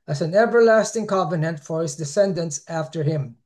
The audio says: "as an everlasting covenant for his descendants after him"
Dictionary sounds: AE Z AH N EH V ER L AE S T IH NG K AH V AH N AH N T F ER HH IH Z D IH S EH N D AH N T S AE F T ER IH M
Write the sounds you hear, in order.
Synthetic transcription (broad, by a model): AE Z AH N EH V ER L AE S T IH NG K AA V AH N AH N T F ER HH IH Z D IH S EH N D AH N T S AE F T ER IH M